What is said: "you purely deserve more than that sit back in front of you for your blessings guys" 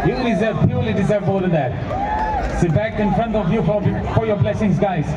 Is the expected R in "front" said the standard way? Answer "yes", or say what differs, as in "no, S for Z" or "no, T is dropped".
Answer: yes